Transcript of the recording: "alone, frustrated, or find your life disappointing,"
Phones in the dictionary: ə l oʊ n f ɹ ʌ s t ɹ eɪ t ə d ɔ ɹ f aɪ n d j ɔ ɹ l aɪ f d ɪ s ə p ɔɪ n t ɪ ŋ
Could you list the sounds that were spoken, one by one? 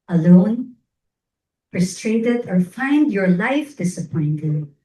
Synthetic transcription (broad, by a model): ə l oʊ n p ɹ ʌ s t ɹ eɪ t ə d ɔ ɹ f aɪ n d j ɔ ɹ l aɪ f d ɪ s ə p ɔɪ n t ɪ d